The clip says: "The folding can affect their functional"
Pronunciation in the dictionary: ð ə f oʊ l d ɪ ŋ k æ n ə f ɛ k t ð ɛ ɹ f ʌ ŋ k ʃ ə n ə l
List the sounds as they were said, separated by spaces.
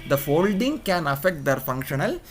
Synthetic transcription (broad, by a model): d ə f oʊ l d ɪ ŋ k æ n ə f ɛ k t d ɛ ɹ f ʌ ŋ k ʃ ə n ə l